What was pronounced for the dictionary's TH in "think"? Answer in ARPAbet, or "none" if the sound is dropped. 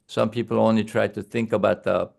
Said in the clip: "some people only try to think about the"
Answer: TH